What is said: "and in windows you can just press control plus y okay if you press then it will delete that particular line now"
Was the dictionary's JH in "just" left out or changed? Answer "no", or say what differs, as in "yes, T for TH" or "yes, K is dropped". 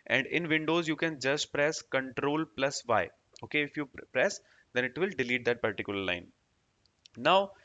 no